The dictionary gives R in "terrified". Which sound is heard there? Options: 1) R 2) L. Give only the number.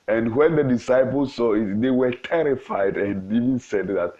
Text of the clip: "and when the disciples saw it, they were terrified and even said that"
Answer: 1